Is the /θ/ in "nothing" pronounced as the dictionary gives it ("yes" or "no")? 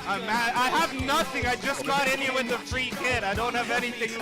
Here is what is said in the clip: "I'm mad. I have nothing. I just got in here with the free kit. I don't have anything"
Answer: yes